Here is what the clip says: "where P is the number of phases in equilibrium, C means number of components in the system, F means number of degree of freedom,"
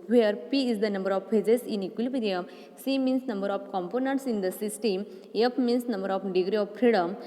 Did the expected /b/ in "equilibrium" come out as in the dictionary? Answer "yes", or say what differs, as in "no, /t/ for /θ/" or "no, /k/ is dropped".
no, /b/ is dropped